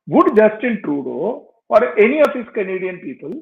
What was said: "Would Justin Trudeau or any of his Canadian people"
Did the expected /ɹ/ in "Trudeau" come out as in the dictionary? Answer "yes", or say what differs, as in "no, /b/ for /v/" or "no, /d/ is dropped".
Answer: yes